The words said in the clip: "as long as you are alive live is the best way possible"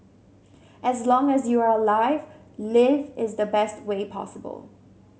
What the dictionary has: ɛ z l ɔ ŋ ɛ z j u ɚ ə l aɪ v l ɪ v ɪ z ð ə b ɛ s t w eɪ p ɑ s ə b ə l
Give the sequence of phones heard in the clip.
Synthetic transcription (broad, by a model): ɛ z l ɔ ŋ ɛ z j u ɚ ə l aɪ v l ɪ v ɪ z ð ə b ɛ s t w eɪ p ɑ s ə b ə l